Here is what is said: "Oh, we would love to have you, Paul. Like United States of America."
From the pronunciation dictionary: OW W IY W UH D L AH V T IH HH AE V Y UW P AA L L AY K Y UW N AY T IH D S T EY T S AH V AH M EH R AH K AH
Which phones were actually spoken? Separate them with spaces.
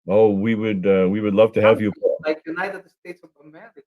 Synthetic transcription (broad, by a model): OW W IY W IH D L AH V T IH HH AE V Y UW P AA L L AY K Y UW N AY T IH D S T EY T S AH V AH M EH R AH